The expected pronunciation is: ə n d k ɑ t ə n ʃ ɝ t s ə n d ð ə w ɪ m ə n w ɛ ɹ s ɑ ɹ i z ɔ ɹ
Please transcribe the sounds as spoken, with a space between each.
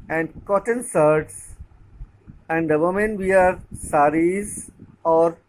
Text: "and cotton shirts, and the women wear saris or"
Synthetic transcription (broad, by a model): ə n d k ɑ t ə n s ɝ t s ə n d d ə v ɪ m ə n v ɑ ɹ s ɑ ɹ i z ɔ ɹ